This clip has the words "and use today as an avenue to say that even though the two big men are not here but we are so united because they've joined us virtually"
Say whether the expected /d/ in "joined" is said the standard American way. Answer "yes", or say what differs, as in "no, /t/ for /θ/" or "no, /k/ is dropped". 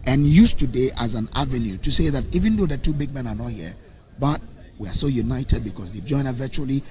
no, /d/ is dropped